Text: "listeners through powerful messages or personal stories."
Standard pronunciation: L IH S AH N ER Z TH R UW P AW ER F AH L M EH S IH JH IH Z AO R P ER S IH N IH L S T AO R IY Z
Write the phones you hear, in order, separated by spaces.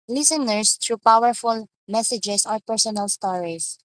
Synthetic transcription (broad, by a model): L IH S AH N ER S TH R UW P AW ER F AH L M EH S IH JH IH S AO R P ER S IH N IH L S T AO R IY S